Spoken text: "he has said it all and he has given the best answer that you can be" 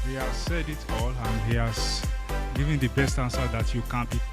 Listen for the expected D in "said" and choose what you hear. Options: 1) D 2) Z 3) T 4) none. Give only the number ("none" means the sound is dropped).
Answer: 1